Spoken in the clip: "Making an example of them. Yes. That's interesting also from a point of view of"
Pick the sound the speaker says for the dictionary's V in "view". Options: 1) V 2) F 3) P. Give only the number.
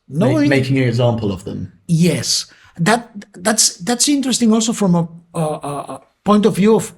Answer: 1